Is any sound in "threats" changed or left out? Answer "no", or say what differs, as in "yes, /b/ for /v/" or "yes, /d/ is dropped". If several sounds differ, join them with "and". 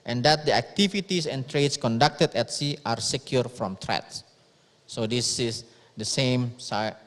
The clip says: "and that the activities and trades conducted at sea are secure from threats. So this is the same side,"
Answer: yes, /t/ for /θ/